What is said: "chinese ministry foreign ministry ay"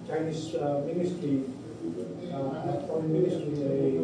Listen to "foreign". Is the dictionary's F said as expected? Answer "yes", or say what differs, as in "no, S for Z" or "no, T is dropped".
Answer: no, P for F